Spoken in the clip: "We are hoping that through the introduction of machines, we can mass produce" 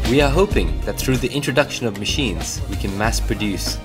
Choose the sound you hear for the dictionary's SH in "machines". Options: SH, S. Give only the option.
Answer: SH